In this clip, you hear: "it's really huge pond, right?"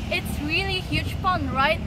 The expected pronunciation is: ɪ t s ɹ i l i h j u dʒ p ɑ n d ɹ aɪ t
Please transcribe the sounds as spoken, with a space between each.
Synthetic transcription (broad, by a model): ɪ t s ɹ i l i h j u dʒ f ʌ n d ɹ aɪ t